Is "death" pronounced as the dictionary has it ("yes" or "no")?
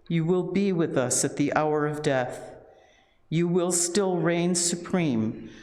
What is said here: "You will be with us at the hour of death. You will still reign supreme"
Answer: yes